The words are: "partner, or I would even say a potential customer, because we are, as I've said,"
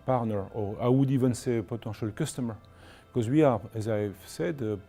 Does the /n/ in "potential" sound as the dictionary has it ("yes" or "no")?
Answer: no